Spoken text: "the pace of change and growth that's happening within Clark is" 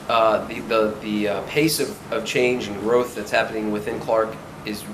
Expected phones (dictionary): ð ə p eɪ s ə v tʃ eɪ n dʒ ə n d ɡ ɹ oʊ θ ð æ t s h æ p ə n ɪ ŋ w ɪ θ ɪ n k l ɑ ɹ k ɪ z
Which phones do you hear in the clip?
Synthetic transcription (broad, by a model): ð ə p eɪ s ə v tʃ eɪ n dʒ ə n ɡ ɹ oʊ θ ð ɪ t s h æ p ə n ɪ ŋ w ɪ θ ɪ n k l ɑ ɹ k ɪ z